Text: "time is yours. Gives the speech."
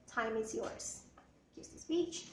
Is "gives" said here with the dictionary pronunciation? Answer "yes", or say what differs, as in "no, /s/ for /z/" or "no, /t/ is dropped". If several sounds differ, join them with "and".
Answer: no, /v/ is dropped